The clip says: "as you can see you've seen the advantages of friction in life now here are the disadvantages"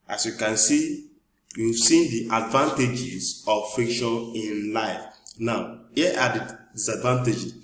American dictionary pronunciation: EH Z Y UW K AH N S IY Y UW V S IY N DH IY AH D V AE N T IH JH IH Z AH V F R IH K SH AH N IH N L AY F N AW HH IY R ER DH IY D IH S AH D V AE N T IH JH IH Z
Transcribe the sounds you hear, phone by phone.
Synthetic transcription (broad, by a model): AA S Y UW K AH N S IY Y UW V S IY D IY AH D V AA N T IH JH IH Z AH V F IH K SH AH N IH N L AY F N AW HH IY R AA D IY D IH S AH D V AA N T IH JH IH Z